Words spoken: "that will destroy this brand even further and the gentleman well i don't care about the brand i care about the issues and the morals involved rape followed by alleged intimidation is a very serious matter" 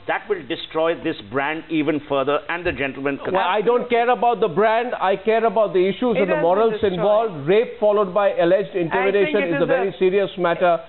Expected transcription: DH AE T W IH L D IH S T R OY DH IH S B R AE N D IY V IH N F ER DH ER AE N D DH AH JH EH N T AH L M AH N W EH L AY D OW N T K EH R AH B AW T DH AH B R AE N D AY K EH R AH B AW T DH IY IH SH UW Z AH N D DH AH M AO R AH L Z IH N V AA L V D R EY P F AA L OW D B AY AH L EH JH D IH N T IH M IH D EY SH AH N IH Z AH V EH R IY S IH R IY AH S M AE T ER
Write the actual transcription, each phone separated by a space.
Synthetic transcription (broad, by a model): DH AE T W IH L D IH S T R OY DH IH S B R AE N D IY V IH N F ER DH ER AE N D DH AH JH EH N T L M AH N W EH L AY D OW N T K EH R AH B AW T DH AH B R AE N D AY K EH R AH B AW T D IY IH SH UW Z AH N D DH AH M AO R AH L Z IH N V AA L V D R EY P F AA L OW D B AY AH L EH JH D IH N T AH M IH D EY SH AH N IH Z AH V EH R IY S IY R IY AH S M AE T ER